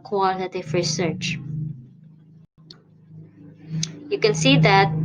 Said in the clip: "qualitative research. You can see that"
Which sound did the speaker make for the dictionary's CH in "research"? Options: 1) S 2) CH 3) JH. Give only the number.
2